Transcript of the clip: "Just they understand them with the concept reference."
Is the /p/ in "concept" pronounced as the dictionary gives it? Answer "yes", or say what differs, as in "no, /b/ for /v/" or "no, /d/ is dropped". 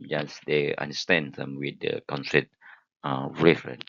no, /p/ is dropped